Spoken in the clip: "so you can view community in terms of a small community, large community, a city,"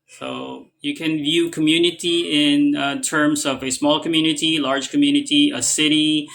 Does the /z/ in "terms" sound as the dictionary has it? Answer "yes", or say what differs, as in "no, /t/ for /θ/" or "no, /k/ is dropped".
yes